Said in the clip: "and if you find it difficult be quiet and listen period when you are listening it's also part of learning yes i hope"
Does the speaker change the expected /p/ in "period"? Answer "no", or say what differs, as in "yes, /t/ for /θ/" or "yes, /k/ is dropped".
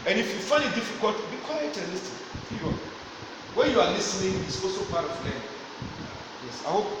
yes, /f/ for /p/